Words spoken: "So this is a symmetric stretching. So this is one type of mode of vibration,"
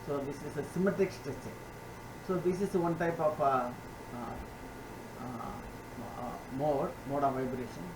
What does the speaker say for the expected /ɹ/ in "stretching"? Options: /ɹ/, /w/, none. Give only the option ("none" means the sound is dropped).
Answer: none